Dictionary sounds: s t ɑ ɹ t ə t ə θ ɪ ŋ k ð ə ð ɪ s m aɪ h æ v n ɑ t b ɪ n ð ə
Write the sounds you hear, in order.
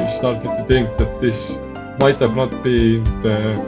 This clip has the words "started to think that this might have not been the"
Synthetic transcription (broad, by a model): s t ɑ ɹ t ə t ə t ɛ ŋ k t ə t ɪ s m aɪ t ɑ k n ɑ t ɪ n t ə